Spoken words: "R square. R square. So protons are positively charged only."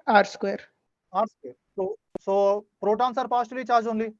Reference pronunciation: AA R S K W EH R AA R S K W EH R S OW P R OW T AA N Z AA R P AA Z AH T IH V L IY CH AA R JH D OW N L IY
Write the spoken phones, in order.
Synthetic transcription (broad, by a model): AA R S K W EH R AA R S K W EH R S OW P R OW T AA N S AA R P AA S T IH L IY CH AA R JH OW N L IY